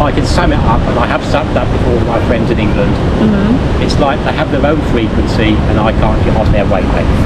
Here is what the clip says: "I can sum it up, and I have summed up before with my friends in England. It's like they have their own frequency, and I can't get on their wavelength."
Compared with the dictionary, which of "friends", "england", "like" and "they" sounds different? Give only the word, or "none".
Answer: none